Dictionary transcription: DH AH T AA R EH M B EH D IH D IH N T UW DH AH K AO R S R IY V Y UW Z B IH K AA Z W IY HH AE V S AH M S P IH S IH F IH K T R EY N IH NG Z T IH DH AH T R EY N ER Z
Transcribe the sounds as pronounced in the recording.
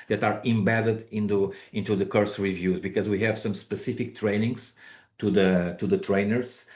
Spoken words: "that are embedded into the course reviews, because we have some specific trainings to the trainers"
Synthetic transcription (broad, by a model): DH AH T AA R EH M B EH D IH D IH N T UW DH AH K AO R S R IY V Y UW Z B IH K AA Z W IY HH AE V S AH M S P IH S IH F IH K T R EY N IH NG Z T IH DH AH T R EY N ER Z